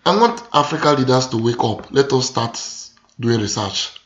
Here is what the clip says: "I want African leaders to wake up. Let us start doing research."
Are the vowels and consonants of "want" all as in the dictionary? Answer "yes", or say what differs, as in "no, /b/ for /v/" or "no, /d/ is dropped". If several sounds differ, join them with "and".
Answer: no, /n/ is dropped